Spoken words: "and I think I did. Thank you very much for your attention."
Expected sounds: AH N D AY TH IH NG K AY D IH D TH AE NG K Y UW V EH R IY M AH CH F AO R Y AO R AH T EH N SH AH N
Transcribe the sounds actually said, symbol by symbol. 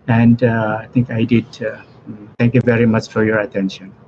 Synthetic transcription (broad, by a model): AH N D AY T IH NG K AY D IH D T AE NG K Y UW V EH R IY M AH CH F AO R Y AO R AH T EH N SH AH N